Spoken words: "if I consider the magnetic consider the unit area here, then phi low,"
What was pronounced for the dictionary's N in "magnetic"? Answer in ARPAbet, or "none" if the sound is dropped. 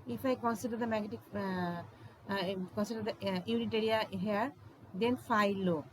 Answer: none